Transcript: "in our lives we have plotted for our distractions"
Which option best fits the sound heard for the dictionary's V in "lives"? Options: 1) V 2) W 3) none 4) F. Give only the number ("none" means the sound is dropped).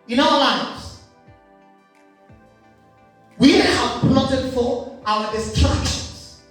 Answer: 3